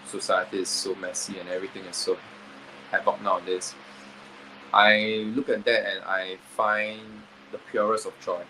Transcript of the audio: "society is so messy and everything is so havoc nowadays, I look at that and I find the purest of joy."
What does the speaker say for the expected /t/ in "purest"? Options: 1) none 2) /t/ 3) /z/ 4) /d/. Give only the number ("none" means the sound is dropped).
1